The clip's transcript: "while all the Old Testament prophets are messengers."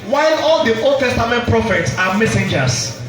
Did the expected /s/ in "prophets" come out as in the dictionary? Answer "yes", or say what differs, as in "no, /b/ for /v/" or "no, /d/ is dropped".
yes